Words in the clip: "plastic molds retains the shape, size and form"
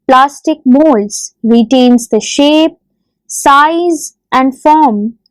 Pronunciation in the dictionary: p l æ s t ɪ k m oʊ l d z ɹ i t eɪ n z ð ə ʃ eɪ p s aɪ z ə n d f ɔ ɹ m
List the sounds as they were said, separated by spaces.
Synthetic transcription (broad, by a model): p l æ s t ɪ k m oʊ l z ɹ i t eɪ n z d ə ʃ eɪ p s aɪ z ə n d f ɔ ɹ m